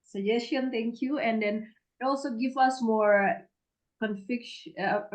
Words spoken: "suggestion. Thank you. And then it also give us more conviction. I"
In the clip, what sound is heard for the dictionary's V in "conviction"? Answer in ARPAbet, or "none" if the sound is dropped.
F